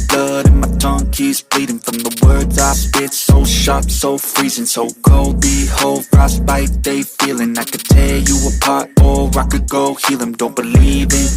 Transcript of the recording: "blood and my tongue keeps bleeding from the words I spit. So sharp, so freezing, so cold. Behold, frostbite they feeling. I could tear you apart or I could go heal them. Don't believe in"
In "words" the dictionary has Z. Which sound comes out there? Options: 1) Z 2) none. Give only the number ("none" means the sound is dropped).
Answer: 1